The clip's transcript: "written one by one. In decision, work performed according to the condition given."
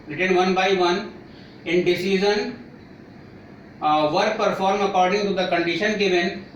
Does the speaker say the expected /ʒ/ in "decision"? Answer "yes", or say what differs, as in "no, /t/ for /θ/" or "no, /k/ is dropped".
no, /z/ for /ʒ/